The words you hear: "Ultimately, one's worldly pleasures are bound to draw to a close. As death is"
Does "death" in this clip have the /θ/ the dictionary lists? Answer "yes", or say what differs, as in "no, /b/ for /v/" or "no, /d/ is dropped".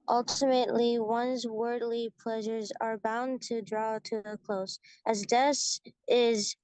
no, /s/ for /θ/